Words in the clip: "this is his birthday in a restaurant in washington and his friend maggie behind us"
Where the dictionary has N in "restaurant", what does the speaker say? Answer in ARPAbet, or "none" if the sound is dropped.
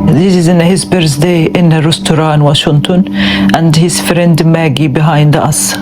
none